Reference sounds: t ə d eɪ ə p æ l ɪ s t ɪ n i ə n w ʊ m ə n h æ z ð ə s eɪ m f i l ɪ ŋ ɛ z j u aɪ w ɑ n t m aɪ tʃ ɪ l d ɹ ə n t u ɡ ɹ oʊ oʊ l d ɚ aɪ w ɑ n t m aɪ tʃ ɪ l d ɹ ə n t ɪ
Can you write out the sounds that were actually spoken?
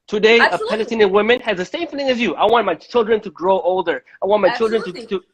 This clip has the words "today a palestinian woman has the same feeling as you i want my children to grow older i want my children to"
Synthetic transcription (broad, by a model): t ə d eɪ ə p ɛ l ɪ t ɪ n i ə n w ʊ m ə n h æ z ð ə s eɪ m f i l ɪ ŋ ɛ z j u aɪ w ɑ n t m aɪ tʃ ɪ l d ɹ ə n t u ɡ ɹ oʊ oʊ l d ɚ aɪ w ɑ n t m aɪ tʃ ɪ l d ɹ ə n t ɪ